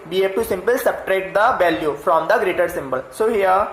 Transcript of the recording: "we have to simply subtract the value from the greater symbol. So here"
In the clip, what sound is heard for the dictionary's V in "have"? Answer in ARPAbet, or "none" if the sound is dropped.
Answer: P